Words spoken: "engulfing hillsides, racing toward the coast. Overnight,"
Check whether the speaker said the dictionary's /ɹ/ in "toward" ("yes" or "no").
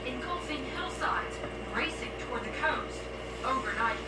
yes